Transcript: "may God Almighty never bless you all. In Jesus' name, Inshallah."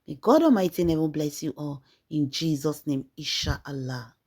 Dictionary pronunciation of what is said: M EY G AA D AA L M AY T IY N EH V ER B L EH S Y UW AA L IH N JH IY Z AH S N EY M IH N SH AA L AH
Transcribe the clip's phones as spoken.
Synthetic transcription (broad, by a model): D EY G AA D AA M AY T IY N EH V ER B L EH S Y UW AA L IH N JH IY Z AH S N EY M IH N SH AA L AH